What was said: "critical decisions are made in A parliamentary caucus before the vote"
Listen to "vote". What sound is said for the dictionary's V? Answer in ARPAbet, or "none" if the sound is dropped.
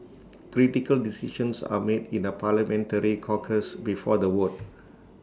W